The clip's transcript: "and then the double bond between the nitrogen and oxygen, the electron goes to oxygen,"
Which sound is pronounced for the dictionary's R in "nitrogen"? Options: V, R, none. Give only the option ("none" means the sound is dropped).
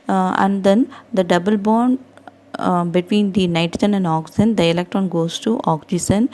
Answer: none